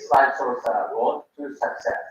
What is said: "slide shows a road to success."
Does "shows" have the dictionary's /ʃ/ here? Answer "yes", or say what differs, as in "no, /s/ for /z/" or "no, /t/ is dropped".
no, /s/ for /ʃ/